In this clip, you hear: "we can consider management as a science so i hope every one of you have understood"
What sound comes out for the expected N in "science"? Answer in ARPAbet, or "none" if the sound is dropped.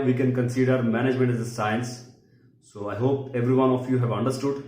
N